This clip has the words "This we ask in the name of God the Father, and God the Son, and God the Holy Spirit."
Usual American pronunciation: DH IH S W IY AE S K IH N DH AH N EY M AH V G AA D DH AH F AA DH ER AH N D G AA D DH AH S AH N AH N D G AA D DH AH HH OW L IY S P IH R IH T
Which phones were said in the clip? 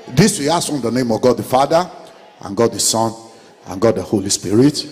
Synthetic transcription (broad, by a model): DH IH S W IY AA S IH N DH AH N EY M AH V G AA D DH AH F AA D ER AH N G AA D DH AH S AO N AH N G AA D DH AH HH OW L IY S P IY R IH T